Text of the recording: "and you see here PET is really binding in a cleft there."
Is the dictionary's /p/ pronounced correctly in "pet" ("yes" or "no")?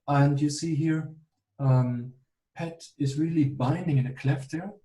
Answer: yes